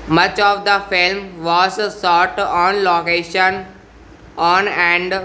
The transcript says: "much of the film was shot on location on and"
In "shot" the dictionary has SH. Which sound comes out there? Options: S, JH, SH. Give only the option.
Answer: S